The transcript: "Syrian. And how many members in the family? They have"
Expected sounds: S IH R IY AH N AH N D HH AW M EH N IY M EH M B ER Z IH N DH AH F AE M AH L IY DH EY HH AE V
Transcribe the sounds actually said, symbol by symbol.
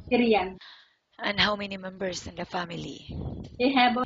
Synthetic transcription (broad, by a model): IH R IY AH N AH N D HH AW M EH N IY M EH M B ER S IH N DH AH F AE M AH L IY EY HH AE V